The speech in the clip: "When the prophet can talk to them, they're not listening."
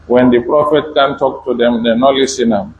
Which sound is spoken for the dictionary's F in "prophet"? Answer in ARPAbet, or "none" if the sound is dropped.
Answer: F